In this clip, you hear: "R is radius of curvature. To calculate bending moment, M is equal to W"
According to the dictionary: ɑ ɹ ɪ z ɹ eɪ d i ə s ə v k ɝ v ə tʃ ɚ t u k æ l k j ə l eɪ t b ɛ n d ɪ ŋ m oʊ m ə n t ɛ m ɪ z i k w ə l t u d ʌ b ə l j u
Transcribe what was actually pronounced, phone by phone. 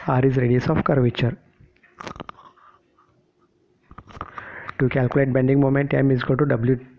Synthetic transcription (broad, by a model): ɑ ɹ ɪ z ɹ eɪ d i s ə f k ɝ v ə tʃ ɚ t u k æ l k j ə l eɪ t b ɛ n d ɪ ŋ m oʊ m ə n t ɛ m ɪ z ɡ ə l t u d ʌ b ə l j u